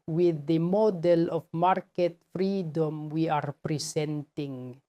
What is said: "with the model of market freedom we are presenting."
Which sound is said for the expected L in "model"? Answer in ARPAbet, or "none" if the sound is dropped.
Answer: L